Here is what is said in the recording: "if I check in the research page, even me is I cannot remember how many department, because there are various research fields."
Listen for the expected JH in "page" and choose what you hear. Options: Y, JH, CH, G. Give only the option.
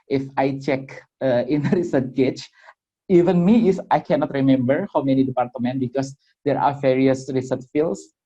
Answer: CH